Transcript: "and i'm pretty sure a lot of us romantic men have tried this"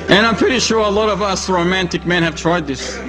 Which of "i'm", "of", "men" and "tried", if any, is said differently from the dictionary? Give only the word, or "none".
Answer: none